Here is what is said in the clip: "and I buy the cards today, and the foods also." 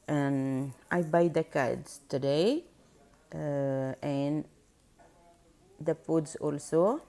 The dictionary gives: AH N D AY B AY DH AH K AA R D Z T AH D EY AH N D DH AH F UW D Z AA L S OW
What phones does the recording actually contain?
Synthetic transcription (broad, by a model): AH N AY B AY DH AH K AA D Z T AH D EY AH N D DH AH P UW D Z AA L S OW